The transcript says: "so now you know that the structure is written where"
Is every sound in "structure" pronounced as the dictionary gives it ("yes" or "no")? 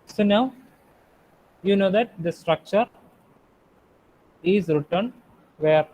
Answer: yes